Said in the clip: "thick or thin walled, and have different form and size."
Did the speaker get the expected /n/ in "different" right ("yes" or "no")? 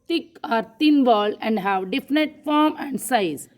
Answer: no